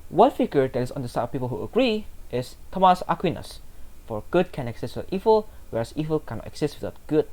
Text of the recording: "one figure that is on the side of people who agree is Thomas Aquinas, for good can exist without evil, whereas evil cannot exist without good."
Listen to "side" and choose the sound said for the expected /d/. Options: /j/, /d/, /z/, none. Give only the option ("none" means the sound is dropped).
none